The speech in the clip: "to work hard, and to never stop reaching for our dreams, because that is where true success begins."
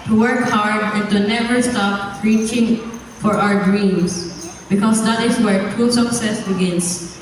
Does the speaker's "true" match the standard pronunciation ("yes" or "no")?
no